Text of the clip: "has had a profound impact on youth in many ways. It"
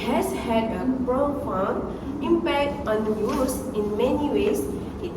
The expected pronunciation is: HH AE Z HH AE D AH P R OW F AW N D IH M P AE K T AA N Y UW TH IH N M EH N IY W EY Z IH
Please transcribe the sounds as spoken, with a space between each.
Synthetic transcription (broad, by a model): HH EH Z HH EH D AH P R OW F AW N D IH M P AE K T AA N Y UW S IH N M EH N IY W EY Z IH